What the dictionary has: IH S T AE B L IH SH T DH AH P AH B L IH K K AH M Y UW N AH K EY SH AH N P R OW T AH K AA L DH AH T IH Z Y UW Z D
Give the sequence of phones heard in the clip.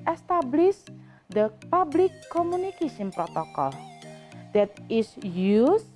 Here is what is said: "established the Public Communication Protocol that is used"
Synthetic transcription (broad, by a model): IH S T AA B L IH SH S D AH P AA B L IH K K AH M Y UW N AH K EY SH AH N P R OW T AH K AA L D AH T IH S Y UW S